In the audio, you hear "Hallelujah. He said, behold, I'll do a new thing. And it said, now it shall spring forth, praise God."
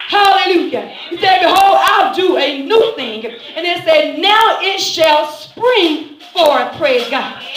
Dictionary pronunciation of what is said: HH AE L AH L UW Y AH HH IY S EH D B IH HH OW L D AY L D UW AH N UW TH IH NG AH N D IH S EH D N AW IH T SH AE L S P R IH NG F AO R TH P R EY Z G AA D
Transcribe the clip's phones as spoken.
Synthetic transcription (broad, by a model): HH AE L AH L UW Y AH HH IY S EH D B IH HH OW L AY L D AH AH N UW TH IH NG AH N IH S EH D N AW IH T SH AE L S P R IH NG F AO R P R EY Z G AA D